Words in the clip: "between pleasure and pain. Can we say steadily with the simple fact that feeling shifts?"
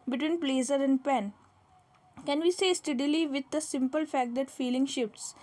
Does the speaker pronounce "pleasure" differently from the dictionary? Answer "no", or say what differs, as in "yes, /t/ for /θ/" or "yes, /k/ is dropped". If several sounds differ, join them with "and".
yes, /z/ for /ʒ/